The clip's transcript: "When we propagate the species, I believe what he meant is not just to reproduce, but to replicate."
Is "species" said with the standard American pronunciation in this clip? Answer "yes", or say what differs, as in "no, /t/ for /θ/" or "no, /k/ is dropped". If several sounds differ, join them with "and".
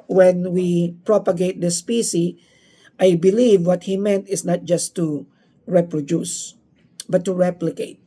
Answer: no, /z/ is dropped